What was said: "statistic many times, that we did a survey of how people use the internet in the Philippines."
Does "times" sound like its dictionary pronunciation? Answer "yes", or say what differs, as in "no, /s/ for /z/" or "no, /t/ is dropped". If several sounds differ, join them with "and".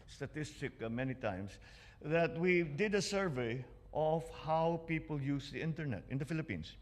no, /s/ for /z/